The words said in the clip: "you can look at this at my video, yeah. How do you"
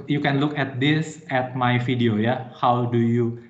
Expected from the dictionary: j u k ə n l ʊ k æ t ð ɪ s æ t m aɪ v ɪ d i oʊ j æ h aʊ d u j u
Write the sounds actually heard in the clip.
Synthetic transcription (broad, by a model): j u k ə n l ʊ k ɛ t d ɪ s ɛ t m aɪ f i d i oʊ j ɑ h aʊ d u j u